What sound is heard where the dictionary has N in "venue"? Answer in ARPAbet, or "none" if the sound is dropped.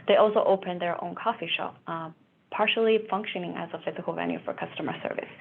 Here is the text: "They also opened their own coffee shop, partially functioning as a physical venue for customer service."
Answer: L